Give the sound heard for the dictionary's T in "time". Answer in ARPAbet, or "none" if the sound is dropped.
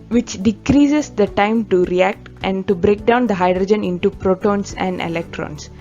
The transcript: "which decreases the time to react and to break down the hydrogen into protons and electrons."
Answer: T